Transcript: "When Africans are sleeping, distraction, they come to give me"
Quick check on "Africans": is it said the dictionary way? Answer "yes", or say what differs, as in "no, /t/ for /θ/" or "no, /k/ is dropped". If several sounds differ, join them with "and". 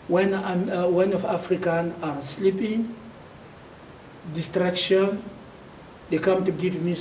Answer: no, /z/ is dropped